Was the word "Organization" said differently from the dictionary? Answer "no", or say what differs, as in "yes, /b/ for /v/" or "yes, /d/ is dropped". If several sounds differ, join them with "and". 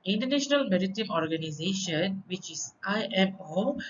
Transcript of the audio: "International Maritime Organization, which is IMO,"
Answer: no